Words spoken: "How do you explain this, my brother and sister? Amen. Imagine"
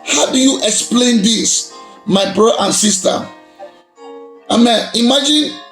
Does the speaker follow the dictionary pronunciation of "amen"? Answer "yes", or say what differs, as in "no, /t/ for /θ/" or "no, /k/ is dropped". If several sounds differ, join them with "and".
yes